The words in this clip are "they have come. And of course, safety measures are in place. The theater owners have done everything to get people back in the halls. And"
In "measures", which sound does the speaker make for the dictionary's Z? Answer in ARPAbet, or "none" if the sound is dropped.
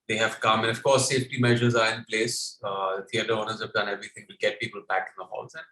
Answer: Z